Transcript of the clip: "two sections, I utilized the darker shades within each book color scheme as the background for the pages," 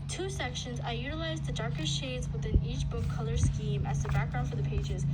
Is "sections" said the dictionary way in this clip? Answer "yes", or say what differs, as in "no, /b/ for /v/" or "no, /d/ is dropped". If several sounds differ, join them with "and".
yes